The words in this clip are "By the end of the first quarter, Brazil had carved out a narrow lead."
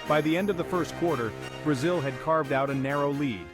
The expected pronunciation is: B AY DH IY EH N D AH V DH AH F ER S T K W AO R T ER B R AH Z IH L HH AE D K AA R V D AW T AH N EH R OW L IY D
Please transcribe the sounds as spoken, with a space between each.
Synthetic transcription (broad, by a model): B AY DH IY EH N D AH V DH AH F ER S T K W AO R T ER B R AH Z IH L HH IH D K AA R V D AW T AH N EH R OW L IY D